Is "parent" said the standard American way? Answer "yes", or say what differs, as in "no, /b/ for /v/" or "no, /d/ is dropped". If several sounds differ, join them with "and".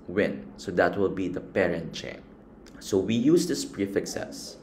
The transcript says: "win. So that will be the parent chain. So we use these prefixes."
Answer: yes